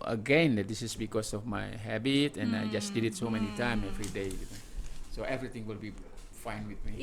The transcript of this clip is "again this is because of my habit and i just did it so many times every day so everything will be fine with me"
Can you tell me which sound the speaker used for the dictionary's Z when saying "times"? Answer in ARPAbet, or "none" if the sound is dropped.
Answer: none